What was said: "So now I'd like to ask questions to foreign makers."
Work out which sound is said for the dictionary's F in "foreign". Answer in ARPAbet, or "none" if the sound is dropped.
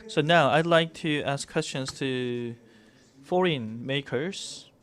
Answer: F